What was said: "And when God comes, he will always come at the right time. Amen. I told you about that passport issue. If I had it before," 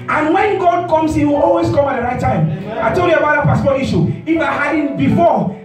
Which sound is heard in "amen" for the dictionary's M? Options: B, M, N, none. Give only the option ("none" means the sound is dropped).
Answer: none